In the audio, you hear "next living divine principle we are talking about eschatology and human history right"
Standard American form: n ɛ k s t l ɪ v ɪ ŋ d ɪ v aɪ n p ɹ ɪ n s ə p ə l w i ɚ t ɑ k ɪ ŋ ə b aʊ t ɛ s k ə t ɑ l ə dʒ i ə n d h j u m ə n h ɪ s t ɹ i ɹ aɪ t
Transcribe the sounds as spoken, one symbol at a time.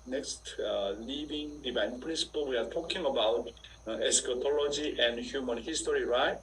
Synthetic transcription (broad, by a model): n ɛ k s t l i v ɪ ŋ d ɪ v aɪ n p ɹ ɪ n s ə p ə l w i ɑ t ɑ k ɪ ŋ ə b aʊ t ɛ s k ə t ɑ l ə dʒ i ə n d h j u m ə n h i s t ɹ i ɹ aɪ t